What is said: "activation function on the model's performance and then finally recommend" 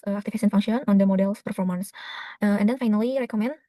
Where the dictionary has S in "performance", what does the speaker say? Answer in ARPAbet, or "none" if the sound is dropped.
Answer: S